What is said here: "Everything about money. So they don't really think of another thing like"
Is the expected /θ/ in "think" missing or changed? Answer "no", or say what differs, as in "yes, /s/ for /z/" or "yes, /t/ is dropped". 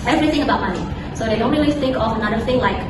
yes, /s/ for /θ/